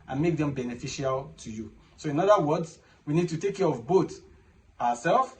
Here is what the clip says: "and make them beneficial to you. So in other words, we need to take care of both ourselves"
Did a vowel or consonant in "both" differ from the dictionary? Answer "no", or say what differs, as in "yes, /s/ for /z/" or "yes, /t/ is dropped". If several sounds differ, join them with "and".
yes, /t/ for /θ/